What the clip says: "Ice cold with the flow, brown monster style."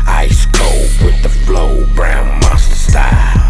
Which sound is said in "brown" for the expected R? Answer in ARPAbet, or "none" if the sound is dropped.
R